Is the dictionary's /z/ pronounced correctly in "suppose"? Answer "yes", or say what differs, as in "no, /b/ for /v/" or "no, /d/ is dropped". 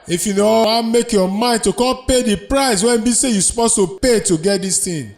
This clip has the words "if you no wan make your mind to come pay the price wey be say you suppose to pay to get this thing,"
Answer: no, /s/ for /z/